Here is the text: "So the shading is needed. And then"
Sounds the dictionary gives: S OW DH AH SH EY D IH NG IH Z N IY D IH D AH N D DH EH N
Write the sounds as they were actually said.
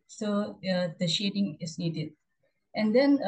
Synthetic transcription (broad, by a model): S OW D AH SH EY D IH NG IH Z N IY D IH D AH N D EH N